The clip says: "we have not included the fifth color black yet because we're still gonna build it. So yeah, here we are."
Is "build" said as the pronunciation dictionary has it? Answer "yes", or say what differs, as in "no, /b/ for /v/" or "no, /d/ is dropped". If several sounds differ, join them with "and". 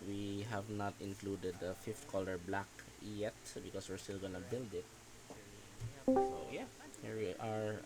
yes